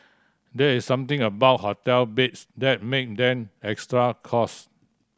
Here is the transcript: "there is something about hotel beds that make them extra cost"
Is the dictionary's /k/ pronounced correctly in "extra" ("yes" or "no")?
yes